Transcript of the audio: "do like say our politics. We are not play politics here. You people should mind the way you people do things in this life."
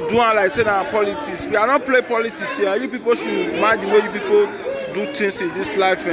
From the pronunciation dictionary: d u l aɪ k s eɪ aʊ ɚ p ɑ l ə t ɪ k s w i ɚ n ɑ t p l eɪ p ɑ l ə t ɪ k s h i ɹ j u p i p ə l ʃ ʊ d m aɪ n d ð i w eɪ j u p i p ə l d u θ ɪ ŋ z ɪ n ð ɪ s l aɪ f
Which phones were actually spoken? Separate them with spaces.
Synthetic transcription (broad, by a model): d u l aɪ k s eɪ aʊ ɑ p ɑ l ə t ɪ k s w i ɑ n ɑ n p l eɪ p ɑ l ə t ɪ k s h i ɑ j u p i p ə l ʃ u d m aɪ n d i w eɪ j u p i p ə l d u t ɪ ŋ s ɪ n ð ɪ s l aɪ f